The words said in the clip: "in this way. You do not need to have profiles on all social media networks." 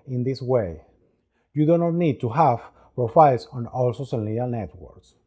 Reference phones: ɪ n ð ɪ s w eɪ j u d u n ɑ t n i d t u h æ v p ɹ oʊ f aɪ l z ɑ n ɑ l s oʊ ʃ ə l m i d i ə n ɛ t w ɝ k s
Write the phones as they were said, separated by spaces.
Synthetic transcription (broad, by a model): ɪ n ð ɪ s w eɪ j u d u n ɑ t n i d t u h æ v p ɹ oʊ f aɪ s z ɑ n ɑ l s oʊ s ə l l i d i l n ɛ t w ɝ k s